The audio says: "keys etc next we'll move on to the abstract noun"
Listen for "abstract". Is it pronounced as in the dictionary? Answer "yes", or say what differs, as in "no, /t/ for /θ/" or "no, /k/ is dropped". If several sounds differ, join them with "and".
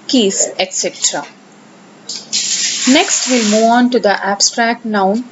yes